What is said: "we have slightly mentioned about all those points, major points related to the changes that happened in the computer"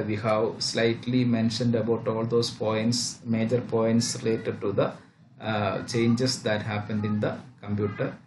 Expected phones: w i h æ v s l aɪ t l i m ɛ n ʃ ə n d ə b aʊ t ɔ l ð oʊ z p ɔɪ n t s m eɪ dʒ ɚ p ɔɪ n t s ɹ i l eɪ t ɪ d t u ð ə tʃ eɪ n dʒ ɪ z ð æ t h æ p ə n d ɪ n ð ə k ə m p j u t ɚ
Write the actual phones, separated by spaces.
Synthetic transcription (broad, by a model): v i h æ v s l aɪ t l i m ɛ n ʃ ə n d ə b aʊ t ɔ l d oʊ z p ɔɪ n t s m eɪ dʒ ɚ p ɔɪ n t s ɹ i l eɪ t ɪ d t u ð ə tʃ eɪ n dʒ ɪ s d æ t h æ p ə n d ɪ n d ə k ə m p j u t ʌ